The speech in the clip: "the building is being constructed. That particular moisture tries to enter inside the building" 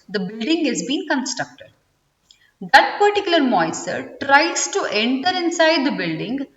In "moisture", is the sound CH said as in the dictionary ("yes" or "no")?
no